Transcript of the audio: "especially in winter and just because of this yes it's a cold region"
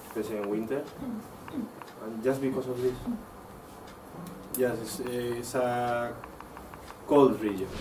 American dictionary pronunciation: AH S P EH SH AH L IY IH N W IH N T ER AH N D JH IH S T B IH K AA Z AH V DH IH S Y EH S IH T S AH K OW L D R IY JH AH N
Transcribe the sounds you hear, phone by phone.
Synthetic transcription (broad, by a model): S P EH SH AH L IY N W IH N T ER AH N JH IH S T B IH K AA S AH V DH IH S Y EH S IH S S AH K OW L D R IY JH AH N